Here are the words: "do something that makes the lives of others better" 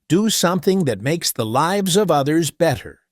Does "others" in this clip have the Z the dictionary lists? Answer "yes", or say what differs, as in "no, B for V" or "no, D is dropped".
yes